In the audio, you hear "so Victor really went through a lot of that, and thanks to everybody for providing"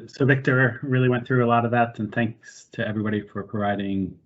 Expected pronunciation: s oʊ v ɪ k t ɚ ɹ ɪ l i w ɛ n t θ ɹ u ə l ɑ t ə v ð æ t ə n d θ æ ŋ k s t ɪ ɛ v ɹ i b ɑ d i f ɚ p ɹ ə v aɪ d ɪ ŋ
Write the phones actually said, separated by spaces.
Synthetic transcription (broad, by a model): s oʊ v ɪ k t ɚ ɹ ɪ l i w ɛ n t θ ɹ u ə l ɑ t ə v ð æ t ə n θ æ ŋ k s t ɪ ɛ v ɹ i b ɑ d i f ɚ p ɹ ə v aɪ d ɪ ŋ